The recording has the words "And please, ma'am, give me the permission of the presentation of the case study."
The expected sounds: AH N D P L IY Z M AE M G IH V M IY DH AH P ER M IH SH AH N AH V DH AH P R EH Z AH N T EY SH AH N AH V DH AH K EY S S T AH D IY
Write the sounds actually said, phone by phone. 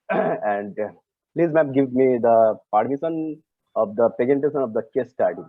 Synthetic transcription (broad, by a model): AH N D P L IY Z M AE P G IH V M IY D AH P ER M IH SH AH N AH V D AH P EH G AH N T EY S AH N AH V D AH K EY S S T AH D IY